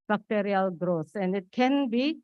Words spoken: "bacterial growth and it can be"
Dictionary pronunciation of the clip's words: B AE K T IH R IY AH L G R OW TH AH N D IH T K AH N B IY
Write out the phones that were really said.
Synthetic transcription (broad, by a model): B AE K T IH R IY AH L G R OW S AH N D IH T K AH N B IY